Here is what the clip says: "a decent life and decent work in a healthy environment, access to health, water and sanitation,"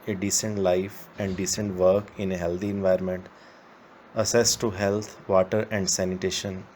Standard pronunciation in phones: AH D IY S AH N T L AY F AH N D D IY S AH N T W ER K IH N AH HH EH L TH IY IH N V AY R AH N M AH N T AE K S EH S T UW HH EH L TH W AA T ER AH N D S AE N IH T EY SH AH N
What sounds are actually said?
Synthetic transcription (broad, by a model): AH D IY S AH N T L AY F AH N D D IY S AH N T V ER K IH N AH HH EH L T IY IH N V AY R M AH N T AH S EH S T UW HH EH L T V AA T ER AH N D S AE N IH T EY SH AH N